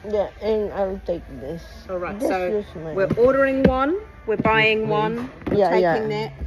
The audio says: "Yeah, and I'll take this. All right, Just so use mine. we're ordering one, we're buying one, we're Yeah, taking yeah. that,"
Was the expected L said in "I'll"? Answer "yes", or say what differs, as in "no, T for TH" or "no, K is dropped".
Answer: no, W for L